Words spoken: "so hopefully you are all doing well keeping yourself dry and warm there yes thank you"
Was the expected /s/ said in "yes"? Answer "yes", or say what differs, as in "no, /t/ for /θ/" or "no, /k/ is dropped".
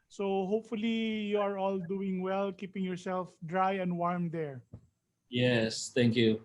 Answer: yes